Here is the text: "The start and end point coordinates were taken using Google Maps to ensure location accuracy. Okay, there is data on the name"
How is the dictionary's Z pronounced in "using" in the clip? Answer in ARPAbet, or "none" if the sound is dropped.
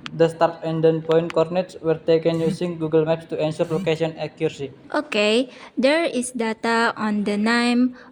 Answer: S